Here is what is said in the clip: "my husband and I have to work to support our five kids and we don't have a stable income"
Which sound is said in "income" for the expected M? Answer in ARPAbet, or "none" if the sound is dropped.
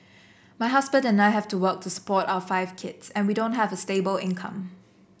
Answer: M